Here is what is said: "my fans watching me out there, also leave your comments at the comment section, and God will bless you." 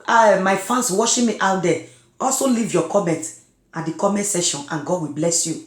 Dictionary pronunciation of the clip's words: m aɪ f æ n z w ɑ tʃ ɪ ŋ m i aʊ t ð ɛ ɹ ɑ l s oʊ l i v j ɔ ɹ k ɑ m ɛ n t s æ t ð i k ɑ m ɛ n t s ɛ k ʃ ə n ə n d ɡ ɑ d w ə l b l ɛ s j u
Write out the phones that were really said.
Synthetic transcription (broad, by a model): m aɪ f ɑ n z w ɑ ʃ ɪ m i aʊ t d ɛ ɑ l s oʊ l i v j ɔ k ɑ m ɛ n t ɑ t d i k ɑ m ɛ n t s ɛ ʃ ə n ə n ɡ ɑ d w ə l b l ɛ s j u